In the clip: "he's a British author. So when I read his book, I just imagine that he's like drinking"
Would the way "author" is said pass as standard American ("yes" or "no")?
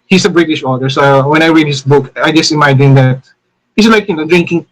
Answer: no